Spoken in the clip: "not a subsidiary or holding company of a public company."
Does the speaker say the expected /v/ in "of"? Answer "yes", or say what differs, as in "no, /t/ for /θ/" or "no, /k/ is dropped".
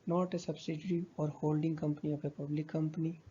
no, /p/ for /v/